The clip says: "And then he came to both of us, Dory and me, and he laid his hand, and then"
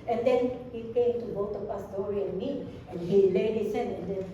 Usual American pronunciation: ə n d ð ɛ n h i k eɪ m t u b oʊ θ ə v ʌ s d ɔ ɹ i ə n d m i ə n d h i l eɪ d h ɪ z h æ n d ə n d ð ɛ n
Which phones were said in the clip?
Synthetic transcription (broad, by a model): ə n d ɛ n h i k eɪ m t u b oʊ t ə p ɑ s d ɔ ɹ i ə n m i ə n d h i l eɪ d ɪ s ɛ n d ə n d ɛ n